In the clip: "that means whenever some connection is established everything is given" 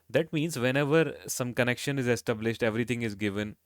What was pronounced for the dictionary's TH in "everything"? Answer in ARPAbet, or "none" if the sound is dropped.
T